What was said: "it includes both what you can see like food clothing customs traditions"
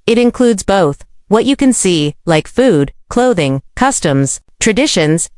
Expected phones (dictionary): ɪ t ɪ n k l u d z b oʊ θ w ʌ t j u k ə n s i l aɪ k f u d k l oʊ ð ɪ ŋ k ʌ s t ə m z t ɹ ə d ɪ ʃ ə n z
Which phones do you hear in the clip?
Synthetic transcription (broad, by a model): ɪ t ɪ n k l u d z b oʊ θ w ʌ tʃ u k ə n s i l aɪ k f u d k l oʊ ð ɪ ŋ k ʌ s t ə m z t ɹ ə d ɪ ʃ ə n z